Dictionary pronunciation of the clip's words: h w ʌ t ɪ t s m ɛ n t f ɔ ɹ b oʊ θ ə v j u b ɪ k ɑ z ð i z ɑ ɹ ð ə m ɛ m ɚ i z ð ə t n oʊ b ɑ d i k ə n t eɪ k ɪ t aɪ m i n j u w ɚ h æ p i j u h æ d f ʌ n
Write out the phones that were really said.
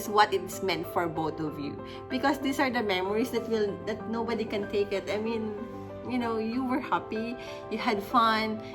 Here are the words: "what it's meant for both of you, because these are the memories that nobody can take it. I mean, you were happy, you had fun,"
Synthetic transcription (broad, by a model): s w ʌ t ɪ t s m ɛ n t f ɔ ɹ b oʊ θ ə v j u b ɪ k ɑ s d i s ɑ ɹ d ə m ɛ m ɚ i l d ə t n oʊ b ɑ d i k ə n t eɪ k ɪ t aɪ m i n j u w ɚ h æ p i j u h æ d f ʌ n